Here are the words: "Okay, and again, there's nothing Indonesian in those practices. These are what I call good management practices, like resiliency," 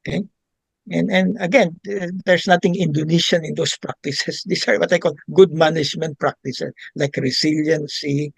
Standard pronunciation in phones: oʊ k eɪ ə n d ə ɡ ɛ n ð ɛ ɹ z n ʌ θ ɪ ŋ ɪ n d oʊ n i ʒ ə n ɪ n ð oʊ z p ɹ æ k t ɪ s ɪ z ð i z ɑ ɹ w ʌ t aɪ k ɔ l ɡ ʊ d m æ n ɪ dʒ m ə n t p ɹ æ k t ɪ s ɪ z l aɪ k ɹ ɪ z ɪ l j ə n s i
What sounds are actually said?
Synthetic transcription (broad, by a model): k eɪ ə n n ə ɡ ɛ n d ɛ ɹ s n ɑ t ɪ ŋ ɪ n d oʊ n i ʃ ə n ɪ n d oʊ s p ɹ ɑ k t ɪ s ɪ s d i s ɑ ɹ w ʌ t aɪ k ɔ l ɡ ʊ d m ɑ n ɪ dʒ m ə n t p ɹ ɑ k t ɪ s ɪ s l aɪ k ɹ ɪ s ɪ l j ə n s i